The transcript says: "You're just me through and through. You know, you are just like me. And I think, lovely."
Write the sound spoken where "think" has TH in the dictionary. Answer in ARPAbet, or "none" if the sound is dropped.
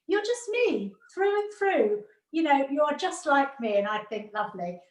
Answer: TH